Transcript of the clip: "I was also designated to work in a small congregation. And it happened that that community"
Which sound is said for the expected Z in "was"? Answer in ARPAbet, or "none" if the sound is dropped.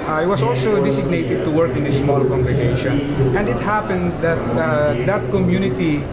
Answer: S